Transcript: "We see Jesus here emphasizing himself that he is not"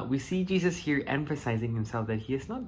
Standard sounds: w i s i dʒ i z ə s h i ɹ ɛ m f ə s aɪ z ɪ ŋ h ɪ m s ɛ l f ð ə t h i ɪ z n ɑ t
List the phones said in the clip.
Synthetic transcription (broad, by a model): w i s i dʒ i z ə s h i ɹ ɛ m f ə s aɪ z ɪ ŋ h ɪ m s ɛ l f ð ə t h i ɪ z n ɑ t